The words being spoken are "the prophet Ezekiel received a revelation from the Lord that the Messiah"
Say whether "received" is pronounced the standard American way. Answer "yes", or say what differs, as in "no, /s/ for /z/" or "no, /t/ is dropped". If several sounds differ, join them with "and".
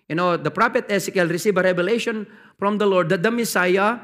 no, /d/ is dropped